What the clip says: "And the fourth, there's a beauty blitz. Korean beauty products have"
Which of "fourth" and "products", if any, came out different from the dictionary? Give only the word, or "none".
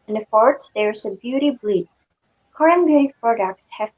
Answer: fourth